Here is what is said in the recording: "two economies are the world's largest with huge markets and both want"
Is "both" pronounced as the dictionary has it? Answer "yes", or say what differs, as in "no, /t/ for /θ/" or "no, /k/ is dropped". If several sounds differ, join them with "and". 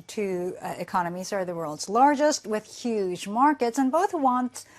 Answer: yes